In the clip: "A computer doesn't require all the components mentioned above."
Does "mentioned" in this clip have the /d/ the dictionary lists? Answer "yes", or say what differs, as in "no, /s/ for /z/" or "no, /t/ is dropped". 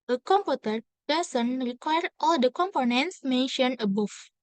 no, /d/ is dropped